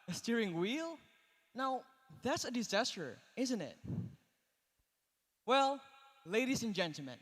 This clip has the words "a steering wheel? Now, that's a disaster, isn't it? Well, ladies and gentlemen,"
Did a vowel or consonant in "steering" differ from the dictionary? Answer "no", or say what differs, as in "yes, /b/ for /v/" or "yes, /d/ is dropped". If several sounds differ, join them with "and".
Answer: no